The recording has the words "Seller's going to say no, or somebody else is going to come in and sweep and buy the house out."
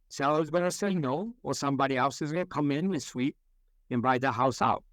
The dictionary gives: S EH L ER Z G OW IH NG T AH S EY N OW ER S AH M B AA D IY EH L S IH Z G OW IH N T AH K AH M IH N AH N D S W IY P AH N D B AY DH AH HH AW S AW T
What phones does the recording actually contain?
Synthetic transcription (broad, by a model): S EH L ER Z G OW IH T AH S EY N OW ER S AH M B AA D IY EH L S IH Z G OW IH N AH K AH M IH N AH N S W IY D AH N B AY DH AH HH AW S AW T